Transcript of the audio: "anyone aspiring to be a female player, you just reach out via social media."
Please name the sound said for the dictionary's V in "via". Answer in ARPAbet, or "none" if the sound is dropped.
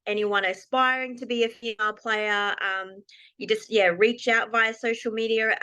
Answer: V